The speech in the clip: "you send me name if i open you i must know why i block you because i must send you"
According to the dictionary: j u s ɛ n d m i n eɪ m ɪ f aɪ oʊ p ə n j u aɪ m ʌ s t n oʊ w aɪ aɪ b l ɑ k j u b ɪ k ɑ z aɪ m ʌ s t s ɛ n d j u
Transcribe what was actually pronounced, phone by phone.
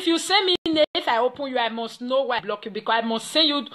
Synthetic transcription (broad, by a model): j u s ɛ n m i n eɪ ɪ f aɪ oʊ p ə n j u aɪ m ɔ s t n oʊ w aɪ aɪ b l ɑ k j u b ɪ k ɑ aɪ m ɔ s t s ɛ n j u